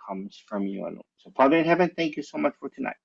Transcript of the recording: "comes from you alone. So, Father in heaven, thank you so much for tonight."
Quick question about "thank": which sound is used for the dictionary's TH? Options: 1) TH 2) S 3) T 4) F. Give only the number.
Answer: 1